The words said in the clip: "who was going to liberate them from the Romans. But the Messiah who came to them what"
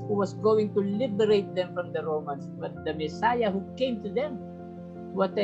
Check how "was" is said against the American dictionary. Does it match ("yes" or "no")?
no